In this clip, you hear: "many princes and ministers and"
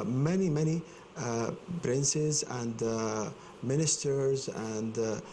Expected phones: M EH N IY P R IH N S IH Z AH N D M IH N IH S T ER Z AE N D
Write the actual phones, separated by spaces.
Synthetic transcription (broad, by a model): M EH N IY P R IH N S IH Z AH N D M IH N IH S T ER Z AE N D